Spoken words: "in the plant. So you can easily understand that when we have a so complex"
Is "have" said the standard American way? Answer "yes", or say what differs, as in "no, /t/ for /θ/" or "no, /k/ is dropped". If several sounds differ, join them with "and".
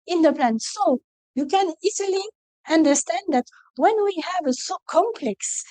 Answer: yes